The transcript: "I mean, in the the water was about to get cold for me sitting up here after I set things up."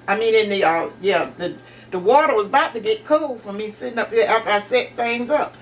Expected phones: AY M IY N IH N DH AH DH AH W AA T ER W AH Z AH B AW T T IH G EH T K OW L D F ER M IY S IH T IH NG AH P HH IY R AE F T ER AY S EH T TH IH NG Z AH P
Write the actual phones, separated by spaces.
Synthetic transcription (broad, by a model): AY M IY N IH N DH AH DH AH W AA T ER W AH Z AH B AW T T IH G EH T K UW L F ER M IY S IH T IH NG AH P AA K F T AY S EH T TH IH NG Z AH P